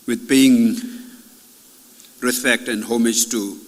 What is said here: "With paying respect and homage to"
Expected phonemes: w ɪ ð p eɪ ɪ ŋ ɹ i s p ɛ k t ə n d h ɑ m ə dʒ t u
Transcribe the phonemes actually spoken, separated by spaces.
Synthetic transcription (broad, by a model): w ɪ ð b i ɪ ŋ ɹ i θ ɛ k t ə n d h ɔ m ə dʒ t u